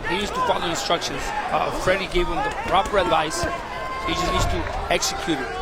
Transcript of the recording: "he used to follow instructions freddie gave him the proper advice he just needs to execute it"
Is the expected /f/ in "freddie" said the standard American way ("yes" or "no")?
yes